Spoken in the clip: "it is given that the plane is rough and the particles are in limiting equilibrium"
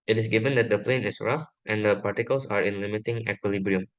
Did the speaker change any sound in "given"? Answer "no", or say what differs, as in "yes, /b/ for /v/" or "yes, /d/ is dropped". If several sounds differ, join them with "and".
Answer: no